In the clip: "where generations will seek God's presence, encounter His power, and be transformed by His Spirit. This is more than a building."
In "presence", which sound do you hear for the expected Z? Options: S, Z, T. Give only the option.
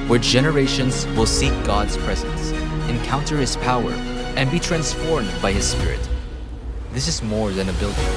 Z